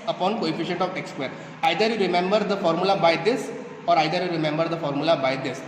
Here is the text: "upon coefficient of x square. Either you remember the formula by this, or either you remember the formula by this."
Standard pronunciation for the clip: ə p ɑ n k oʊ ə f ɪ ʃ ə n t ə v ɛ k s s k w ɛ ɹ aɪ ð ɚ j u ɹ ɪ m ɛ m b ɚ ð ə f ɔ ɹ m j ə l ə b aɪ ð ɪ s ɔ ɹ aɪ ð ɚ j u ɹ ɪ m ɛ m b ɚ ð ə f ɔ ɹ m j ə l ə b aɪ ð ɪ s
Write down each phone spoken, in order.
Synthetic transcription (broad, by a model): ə p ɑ n k oʊ ə f ɪ ʃ ə n t ə v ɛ k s s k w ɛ ɹ aɪ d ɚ j u ɹ ɪ m ɛ m b ɚ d ə f ɔ ɹ m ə l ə b aɪ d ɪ s ɔ ɹ aɪ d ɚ j u ɹ ɪ m ɛ m b ɚ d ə f ɔ ɹ m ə l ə b aɪ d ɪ s